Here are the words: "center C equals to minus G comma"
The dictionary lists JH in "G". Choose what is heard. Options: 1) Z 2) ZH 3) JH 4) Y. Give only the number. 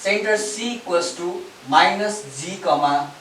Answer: 1